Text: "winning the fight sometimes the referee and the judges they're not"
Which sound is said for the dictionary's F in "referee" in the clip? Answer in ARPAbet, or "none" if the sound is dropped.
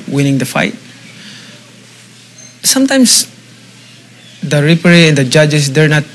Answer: P